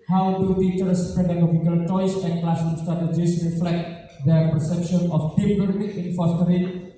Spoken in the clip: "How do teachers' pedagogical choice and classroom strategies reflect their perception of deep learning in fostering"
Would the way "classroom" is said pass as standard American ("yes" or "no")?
no